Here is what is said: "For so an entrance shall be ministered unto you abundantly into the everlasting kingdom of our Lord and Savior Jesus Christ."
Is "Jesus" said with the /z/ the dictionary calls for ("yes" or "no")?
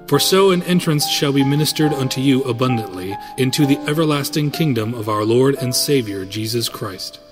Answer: yes